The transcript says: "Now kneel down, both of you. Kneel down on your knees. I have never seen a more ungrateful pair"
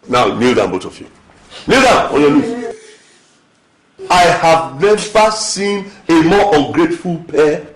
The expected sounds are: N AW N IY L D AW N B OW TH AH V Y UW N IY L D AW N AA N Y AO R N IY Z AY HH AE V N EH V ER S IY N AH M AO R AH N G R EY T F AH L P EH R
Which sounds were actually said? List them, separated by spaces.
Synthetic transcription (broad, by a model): N AW N IY L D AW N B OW T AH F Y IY N IY L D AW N AA N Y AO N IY AY HH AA V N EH V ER S IY N AH M AO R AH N G R EY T F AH L P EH